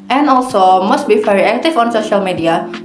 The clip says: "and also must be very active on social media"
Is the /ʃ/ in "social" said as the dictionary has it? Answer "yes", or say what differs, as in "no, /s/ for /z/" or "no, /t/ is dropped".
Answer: yes